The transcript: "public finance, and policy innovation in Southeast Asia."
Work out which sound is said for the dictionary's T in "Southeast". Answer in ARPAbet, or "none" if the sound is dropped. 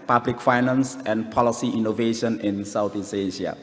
none